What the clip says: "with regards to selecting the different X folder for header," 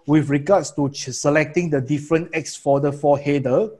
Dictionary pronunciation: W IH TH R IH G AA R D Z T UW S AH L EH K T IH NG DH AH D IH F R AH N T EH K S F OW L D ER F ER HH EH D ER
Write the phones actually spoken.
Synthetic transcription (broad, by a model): W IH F R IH G AA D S T UW S AH L EH K T IH NG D AH D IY F R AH N T EH K S F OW D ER F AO HH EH D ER